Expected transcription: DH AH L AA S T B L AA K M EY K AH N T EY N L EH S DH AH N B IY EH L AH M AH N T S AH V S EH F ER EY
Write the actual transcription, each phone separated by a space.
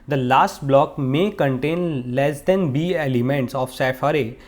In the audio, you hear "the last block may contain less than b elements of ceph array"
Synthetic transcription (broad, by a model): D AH L AA S T B L AA K M EY K AH N T EY N L EH S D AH N B IY EH L AH M AH N T S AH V S EH F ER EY